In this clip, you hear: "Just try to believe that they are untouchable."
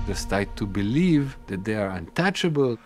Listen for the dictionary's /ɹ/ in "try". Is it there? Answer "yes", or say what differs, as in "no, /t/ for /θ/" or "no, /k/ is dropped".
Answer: no, /ɹ/ is dropped